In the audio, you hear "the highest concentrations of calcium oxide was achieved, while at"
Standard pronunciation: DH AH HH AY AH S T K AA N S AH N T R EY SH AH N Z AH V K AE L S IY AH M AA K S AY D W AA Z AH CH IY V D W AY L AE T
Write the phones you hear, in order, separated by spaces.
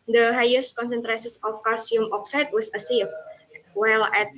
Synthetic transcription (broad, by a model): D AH HH AY AH S T K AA N S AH N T R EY S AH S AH F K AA S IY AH M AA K S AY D W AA S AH S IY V W AY L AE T